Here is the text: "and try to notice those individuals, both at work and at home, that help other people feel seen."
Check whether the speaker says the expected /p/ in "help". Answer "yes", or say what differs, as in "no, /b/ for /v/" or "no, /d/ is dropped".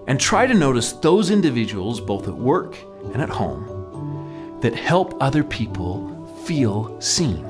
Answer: yes